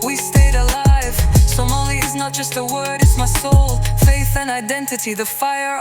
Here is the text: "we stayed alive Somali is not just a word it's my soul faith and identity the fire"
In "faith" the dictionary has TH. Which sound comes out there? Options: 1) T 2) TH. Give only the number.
2